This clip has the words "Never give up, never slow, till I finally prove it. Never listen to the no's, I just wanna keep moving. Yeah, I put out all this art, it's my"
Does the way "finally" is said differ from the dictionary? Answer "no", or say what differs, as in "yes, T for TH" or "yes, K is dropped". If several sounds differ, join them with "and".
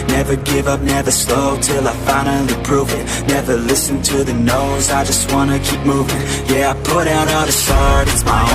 yes, L is dropped